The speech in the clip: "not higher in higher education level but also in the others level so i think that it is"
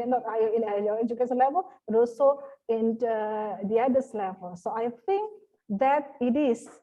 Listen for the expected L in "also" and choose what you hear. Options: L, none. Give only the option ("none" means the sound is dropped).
none